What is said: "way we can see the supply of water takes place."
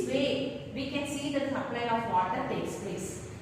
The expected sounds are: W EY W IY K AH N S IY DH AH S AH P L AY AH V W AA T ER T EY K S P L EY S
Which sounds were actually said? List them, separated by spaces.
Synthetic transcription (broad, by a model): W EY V IY K AH N S IY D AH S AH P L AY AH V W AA T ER T EY K S P L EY S